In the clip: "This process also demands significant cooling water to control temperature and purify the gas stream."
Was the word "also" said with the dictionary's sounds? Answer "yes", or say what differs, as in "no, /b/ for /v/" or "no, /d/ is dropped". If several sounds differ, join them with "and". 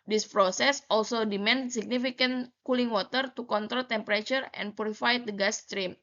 yes